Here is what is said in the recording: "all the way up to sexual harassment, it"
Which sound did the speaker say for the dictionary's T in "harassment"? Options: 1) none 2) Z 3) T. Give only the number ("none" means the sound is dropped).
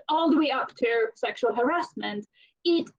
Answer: 3